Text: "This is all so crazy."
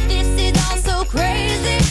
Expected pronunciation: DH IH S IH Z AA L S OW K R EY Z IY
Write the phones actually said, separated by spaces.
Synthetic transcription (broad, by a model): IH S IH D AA N S OW K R EY Z IY